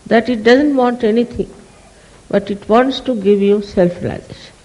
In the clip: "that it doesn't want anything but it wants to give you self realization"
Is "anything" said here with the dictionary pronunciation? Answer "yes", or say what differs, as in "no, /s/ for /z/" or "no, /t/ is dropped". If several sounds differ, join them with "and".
no, /t/ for /θ/